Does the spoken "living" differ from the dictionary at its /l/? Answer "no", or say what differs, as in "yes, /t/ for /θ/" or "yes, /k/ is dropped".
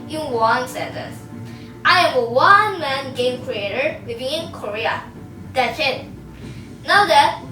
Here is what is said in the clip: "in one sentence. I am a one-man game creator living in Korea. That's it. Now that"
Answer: yes, /w/ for /l/